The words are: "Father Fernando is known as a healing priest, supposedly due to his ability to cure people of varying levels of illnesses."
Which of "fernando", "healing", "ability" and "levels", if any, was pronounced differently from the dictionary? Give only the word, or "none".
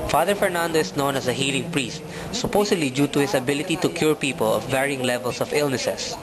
levels